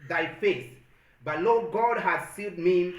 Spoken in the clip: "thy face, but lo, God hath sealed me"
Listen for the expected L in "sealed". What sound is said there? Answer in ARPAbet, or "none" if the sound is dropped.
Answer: none